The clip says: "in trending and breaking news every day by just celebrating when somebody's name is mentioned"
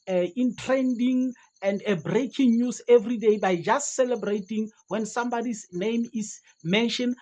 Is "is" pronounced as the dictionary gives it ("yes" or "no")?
no